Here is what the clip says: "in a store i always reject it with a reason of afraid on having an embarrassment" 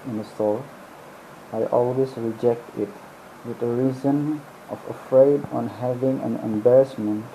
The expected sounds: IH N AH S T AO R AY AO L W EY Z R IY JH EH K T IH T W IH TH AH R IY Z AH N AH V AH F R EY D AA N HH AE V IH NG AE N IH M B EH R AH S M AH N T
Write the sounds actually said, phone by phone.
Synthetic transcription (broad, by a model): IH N AH S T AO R AY AO L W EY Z R IY JH EH K T IH T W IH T AH R IY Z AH N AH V AH F R EY D AA N HH AE V IH NG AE N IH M B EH R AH S M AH N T